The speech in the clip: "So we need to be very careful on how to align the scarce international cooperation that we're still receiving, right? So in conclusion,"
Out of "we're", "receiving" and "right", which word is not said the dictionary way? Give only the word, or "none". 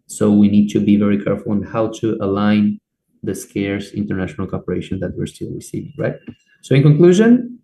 none